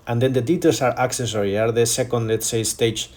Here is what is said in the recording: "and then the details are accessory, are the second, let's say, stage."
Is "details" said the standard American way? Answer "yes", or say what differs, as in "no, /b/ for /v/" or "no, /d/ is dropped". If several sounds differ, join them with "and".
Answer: no, /s/ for /z/